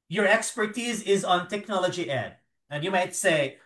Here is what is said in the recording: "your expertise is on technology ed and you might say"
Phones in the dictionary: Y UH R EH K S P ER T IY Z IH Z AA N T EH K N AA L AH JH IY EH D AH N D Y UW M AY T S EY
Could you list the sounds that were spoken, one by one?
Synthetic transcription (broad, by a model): Y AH R EH K S P ER T IY Z IH Z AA N T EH K N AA L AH JH IY EH D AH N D Y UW M AY T S EY